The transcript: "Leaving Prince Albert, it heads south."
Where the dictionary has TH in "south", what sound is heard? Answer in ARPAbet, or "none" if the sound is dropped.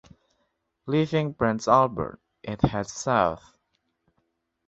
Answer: TH